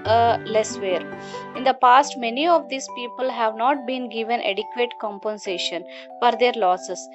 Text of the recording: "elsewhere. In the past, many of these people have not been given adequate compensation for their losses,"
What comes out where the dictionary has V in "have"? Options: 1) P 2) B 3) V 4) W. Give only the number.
3